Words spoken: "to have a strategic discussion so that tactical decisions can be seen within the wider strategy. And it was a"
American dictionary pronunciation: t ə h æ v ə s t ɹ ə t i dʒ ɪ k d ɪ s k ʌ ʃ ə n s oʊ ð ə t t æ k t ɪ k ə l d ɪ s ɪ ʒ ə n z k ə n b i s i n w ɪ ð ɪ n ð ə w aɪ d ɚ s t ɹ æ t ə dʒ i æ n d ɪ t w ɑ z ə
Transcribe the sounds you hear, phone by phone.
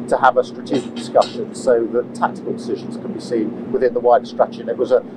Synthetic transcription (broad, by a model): t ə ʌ v ə s t ɹ ə t i dʒ ɪ k d ɪ s k ʌ ʃ ə n s oʊ ð ə t t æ k t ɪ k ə l d ɪ s ɪ ʒ ə n z k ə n b i s i n w ɪ ð ɪ n ð ə w aɪ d s t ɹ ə tʃ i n ɪ t w ɑ z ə